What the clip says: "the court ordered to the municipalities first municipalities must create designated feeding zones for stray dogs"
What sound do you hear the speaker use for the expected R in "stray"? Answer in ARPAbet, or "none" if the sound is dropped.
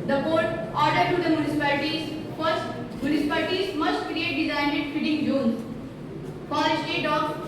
none